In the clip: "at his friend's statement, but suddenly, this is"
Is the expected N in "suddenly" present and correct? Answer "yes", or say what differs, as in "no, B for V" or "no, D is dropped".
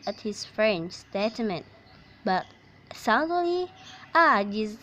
no, N is dropped